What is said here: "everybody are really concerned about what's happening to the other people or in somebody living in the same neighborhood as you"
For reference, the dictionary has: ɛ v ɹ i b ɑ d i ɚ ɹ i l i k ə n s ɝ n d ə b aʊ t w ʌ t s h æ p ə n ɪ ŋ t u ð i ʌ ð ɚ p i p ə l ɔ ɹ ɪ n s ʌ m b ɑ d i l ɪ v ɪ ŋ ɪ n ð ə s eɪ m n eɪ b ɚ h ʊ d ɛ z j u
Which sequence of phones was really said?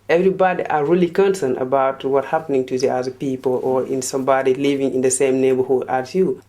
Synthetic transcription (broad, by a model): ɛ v ɹ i b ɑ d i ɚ ɹ i l i k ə n s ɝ n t ə b aʊ t w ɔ t h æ p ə n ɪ ŋ t u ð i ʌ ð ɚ p i p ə l ɔ ɹ ɪ n s ʌ m b ɑ d i l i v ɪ ŋ ɪ n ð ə s eɪ m n eɪ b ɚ h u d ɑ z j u